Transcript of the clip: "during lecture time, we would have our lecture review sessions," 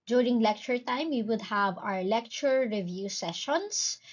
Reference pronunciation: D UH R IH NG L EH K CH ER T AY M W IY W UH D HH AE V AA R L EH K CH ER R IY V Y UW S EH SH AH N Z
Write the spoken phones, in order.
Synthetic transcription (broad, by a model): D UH R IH NG L EH K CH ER T AY M W IY W UH D HH AE V AA R L EH K CH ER R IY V Y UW S EH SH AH N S